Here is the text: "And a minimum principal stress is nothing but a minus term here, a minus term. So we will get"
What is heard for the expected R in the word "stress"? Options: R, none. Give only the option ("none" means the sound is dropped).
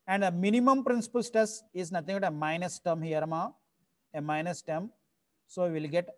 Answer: none